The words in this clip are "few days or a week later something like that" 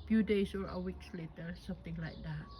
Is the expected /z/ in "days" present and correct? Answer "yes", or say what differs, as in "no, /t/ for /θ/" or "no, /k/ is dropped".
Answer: no, /s/ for /z/